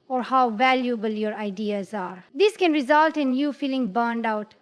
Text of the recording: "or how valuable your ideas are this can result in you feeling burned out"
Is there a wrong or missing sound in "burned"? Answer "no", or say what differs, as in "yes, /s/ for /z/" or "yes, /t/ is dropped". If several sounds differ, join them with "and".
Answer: no